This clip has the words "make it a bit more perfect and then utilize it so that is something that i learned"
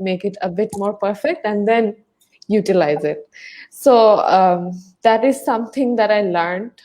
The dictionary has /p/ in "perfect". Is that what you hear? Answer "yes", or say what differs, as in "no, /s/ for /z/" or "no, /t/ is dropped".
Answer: yes